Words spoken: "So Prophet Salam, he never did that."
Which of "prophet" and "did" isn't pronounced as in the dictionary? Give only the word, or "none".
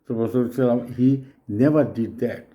prophet